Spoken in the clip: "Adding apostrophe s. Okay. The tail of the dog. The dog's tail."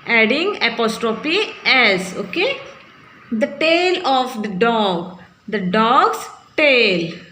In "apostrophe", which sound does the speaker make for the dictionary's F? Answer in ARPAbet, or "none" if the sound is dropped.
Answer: P